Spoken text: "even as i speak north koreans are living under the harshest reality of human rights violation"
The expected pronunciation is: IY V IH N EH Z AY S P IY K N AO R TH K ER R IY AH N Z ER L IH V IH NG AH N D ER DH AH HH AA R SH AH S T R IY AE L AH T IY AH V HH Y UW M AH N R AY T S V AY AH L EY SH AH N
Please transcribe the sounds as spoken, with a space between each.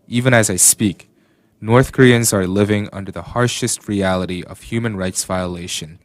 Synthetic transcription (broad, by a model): IY V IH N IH Z AY S P IY K N AO R TH K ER R IY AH N Z ER L IH V IH NG AH N D ER DH AH HH AA R SH AH S T R IY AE L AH T IY AH V HH Y UW M AH N R AY T S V AY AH L EY SH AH N